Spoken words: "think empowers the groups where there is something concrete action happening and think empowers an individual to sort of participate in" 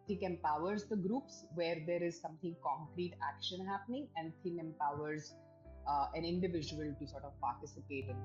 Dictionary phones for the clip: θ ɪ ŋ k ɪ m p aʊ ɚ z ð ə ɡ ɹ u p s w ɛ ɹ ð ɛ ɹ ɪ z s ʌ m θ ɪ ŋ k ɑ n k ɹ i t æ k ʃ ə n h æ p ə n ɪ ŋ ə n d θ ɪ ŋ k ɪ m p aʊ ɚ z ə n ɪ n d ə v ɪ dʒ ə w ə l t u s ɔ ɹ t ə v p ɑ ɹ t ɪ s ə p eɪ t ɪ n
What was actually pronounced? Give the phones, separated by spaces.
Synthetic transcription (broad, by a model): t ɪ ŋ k ɪ m p aʊ ɚ z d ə ɡ ɹ u p s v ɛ ɹ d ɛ ɹ ɪ z s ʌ m t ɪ ŋ k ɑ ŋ k ɹ i t æ k ʃ ə n h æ p ə n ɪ ŋ ə n d t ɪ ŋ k ɪ m p aʊ ɚ z ə n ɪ n d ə v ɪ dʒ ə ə l t u s ɔ ɹ t ə v p ɑ ɹ t ɪ s ə p eɪ t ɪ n